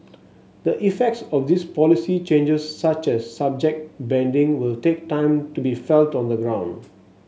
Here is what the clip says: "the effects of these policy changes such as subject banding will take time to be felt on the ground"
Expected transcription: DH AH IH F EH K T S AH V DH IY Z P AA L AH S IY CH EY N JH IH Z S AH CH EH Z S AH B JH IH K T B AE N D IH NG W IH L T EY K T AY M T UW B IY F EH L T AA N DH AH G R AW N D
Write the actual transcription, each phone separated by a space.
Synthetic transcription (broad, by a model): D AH IH F EH K T S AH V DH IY S P AA L AH S IY CH EY N JH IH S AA CH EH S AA B JH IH K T B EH N D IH NG W IH L T EY K T AY M T UW B IY F EH L T AA N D AH G R AW N D